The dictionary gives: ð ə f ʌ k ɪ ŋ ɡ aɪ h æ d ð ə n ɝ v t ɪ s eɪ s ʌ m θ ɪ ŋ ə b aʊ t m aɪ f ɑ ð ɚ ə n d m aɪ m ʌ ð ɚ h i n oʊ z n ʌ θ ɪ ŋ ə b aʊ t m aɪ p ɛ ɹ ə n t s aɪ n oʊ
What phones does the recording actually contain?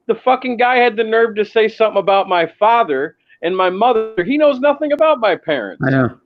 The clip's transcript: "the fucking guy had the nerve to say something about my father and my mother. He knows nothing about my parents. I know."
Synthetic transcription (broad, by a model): ð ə f ʌ k ɪ ŋ ɡ aɪ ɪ d ð ə n ɝ v t ɪ s eɪ s ʌ m θ ɪ ŋ ə b aʊ t m aɪ f ɑ ð ɚ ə n m aɪ m ʌ ð ɚ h i n oʊ z n ʌ θ ɪ ŋ ə b aʊ t m aɪ p ɛ ɹ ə n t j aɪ